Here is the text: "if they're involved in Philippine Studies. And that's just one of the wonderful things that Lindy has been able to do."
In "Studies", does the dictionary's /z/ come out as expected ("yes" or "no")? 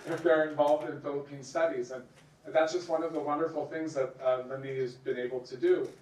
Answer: yes